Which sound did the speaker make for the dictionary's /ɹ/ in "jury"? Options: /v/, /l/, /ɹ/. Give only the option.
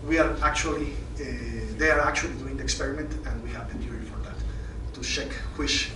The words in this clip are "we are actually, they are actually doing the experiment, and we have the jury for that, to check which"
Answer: /l/